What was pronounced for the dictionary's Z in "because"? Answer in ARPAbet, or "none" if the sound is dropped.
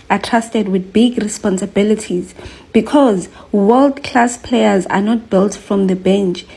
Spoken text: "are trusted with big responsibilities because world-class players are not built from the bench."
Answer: Z